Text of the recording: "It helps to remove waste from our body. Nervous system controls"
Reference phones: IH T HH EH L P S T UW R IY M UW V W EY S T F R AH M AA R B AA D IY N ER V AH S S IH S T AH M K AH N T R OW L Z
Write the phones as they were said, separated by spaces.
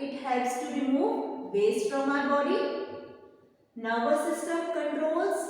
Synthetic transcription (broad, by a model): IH T HH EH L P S T UW R IY M UW V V EY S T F R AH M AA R B AA D IY N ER B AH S S IH S T AH M K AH N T R OW L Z